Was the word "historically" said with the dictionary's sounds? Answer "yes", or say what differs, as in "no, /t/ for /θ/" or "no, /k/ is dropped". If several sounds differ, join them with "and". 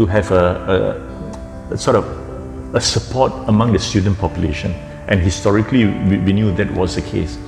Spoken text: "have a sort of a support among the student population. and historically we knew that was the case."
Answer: no, /w/ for /l/